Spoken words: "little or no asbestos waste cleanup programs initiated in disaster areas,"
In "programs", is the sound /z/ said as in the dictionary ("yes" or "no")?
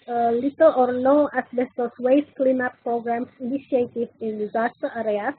no